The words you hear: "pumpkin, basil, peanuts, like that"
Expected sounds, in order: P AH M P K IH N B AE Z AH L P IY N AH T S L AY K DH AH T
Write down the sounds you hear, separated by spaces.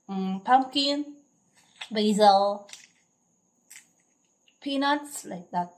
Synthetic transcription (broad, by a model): P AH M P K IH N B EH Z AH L P IY N AH T S L AY K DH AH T